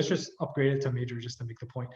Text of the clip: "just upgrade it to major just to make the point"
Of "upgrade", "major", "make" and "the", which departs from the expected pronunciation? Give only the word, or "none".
none